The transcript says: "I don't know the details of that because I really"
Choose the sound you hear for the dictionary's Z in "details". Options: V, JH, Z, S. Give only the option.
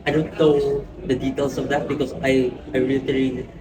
S